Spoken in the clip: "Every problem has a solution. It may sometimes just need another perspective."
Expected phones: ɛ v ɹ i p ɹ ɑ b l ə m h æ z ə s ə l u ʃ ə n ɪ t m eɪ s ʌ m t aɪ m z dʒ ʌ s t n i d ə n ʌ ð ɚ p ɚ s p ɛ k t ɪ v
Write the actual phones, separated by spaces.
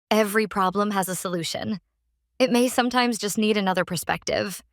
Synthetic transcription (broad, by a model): ɛ v ɹ i p ɹ ɑ b l ə m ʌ z ə s ə l u ʃ ə n ɪ t m eɪ s ʌ m t aɪ m z dʒ ʌ s t n i d ə n ʌ ð ɚ p ɚ s p ɛ k t ɪ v